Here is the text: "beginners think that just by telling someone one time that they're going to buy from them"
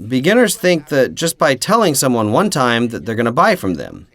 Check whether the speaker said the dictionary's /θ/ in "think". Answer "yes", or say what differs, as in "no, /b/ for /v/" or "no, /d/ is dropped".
yes